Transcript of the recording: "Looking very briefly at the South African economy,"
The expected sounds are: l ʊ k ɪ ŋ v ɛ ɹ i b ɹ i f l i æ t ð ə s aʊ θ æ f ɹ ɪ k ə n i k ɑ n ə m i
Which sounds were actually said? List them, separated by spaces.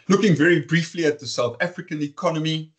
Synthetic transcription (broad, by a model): l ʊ k ɪ ŋ v ɛ ɹ i b ɹ i f l i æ t ð ə s aʊ θ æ f ɹ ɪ k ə n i k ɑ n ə m i